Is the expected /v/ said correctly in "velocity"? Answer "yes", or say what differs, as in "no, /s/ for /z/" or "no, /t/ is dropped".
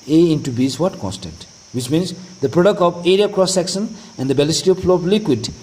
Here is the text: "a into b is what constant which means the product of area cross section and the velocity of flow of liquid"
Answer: no, /b/ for /v/